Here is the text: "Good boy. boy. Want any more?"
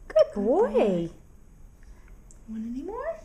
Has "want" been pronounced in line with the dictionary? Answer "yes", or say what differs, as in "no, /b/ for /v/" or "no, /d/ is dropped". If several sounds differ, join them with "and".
no, /t/ is dropped